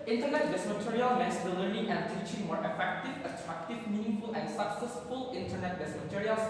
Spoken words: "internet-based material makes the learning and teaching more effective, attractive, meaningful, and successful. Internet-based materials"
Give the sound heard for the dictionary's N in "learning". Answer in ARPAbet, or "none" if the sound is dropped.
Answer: none